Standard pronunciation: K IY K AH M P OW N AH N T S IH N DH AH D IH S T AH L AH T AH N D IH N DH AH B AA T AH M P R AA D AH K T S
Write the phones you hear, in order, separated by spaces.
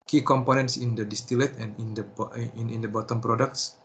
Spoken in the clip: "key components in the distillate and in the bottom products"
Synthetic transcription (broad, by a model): K IY K AH M P OW N AH N T S IH N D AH D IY S T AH L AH T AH N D IH N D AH B AA T AH M P R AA D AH K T S